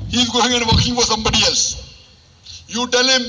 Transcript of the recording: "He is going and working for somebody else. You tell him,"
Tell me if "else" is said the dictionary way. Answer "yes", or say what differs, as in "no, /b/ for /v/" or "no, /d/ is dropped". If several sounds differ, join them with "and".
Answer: no, /l/ is dropped